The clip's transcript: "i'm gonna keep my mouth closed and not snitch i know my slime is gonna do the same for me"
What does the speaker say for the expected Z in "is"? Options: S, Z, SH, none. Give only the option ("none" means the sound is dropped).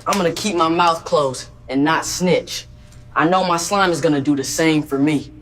Z